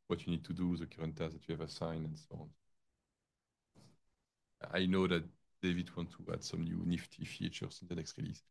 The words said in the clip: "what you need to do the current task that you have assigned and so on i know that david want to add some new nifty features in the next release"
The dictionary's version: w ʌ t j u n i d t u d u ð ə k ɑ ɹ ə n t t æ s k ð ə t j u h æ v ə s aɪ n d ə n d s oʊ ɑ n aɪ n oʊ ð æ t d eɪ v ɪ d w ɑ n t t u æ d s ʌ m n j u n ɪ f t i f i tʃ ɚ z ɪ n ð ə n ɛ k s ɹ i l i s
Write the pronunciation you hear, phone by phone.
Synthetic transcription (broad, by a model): w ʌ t j u n i d t u d u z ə k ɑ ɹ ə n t t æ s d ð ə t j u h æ v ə s aɪ n ə n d s oʊ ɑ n aɪ n oʊ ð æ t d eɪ v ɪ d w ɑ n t t u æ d s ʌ m n j u n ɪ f t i f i tʃ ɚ s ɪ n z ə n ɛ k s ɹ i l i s